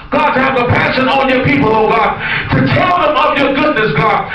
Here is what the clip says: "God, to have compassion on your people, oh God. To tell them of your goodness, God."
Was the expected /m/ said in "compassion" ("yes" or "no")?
no